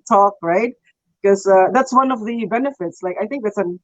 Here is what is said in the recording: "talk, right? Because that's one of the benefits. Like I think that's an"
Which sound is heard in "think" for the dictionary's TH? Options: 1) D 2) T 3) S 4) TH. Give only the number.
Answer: 4